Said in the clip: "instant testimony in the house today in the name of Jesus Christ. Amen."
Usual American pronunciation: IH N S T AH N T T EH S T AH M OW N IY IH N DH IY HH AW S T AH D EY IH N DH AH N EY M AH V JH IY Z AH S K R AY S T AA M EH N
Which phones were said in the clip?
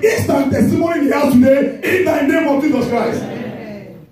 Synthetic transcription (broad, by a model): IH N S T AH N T T EH S T AH M OW N IY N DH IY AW T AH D EY IH N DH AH N EY M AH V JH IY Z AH S K R AY S T